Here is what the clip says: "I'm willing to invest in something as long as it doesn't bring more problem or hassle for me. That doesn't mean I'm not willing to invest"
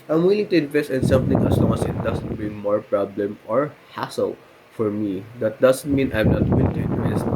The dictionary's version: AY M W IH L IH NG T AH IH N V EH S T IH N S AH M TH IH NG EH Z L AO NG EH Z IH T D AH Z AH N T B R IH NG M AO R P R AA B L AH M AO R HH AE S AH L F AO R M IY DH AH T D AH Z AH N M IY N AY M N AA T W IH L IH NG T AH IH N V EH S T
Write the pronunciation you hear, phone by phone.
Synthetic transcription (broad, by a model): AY M W IH L IH NG T AH IH N V EH S T IH N S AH M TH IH NG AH S L AO NG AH S IH T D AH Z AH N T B IH M AO R P R AA B L AH M AO R HH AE S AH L F AO R M IY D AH T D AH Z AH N M IY N AY M N AA T W IH L IH NG T AH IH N V EH S T